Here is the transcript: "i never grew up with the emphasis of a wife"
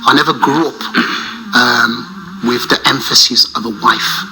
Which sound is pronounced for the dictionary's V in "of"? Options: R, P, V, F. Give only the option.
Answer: V